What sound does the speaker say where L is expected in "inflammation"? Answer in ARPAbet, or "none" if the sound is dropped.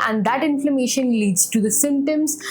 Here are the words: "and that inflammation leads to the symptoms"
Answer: L